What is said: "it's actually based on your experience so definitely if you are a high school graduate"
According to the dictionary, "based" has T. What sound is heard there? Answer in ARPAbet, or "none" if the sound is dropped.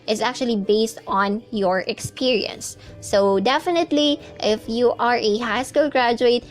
T